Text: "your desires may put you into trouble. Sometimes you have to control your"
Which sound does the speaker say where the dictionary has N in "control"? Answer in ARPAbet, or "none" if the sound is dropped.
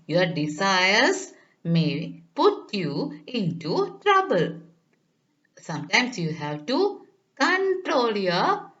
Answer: N